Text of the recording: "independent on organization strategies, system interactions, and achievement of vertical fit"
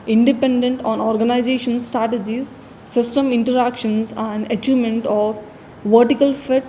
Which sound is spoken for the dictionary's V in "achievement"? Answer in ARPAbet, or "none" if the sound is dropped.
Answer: none